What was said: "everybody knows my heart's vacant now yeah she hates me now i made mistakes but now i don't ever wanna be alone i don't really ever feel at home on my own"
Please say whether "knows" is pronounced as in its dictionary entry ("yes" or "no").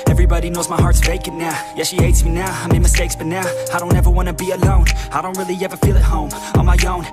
yes